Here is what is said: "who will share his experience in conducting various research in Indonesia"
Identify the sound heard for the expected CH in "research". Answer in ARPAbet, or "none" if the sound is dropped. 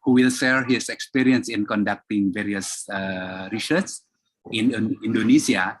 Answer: S